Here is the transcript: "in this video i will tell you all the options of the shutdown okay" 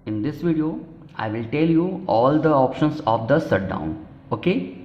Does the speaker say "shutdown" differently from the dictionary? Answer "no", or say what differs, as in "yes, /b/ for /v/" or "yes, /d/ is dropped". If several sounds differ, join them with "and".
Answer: yes, /s/ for /ʃ/